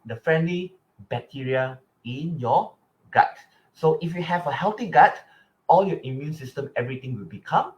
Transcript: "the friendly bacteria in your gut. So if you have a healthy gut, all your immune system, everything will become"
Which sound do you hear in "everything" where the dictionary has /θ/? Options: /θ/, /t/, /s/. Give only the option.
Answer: /t/